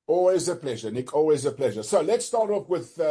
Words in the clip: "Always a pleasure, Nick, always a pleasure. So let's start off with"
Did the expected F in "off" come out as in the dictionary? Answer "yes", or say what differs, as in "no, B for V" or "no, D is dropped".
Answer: no, P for F